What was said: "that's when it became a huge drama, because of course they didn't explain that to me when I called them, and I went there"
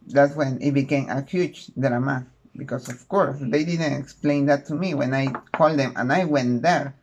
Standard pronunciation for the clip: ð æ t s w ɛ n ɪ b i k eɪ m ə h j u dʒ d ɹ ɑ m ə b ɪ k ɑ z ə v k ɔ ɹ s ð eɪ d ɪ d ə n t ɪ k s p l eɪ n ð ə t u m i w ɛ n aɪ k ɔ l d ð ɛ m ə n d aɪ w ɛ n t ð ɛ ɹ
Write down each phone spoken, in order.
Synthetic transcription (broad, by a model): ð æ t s w ɛ n ɪ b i k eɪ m ə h j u tʃ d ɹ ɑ m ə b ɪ k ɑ s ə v k ɔ ɹ s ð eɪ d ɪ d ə n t ɪ k s p l eɪ n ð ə t u m i w ɛ n aɪ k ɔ l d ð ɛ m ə n aɪ w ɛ n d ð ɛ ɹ